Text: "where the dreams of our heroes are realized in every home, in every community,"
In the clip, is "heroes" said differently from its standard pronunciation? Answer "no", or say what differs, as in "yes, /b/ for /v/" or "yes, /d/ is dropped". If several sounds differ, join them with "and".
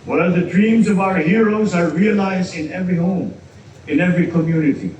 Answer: no